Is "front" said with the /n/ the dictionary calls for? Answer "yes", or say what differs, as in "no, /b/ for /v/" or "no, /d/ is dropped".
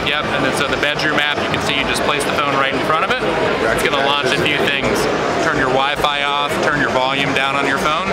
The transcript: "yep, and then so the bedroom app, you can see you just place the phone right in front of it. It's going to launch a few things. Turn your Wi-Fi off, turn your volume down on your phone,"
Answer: no, /n/ is dropped